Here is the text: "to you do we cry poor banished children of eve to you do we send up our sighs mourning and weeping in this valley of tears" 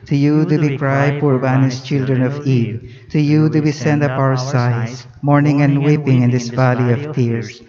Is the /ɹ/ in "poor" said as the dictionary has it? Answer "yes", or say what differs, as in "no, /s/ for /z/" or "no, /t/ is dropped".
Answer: yes